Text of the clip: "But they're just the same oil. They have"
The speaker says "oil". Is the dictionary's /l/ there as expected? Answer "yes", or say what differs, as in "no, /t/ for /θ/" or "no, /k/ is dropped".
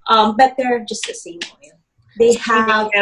no, /n/ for /l/